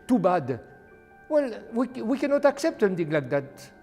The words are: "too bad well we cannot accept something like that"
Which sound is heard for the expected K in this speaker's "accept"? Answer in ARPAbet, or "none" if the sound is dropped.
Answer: K